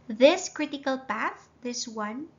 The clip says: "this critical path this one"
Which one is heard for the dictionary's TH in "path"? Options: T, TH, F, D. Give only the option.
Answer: TH